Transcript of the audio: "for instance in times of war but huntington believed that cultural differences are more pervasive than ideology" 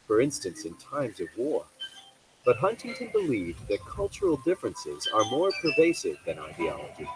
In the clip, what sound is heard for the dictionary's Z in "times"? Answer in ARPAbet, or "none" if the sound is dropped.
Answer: Z